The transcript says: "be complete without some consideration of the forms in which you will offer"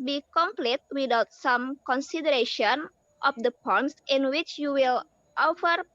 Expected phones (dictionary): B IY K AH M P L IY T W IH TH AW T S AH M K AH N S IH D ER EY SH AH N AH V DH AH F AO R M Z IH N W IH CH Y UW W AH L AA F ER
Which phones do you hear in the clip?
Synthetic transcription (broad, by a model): B IY K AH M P L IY T W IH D AW T S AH M K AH N S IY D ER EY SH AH N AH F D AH P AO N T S IH N W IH CH Y UW W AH L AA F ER